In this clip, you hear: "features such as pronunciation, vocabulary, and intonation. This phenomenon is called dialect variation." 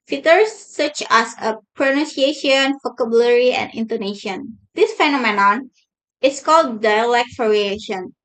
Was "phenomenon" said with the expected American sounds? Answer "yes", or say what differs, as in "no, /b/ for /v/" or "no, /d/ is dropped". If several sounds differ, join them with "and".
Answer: yes